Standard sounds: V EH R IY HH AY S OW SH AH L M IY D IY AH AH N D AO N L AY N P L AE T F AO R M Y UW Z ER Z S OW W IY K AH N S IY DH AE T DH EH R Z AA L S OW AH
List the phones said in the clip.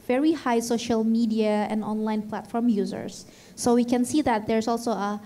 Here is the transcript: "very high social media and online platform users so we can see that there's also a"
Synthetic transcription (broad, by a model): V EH R IY HH AY S OW SH AH L M IY D IY AH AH N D AO N L AY N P L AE T F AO R M Y UW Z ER S OW W IY K AH N S IY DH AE T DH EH R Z AA L S OW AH